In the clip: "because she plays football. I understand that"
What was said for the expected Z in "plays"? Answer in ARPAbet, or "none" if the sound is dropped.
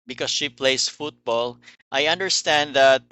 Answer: S